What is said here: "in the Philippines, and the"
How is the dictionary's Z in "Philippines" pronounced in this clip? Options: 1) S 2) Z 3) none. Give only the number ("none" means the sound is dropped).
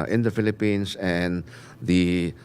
1